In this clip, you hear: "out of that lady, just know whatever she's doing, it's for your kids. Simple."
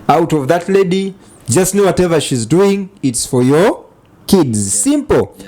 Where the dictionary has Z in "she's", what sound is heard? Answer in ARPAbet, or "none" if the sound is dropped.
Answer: Z